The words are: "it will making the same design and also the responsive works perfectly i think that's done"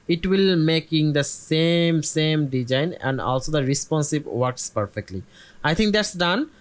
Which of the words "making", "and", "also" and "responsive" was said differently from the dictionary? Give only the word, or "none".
responsive